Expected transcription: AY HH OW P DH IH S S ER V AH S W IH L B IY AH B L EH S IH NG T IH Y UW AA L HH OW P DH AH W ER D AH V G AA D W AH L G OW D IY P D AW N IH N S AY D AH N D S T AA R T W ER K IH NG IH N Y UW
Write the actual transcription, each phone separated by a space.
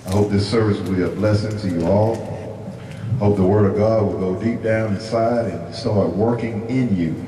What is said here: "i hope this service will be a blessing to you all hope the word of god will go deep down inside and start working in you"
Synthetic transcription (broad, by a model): AY HH OW P DH IH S S ER V AH S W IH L B IY AH B L EH S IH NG T IH Y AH AA L HH OW P DH AH W ER D AH V G AA D W AH L G OW D IY P D AW N IH N S AY D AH N S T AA L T W ER K IH NG IH N Y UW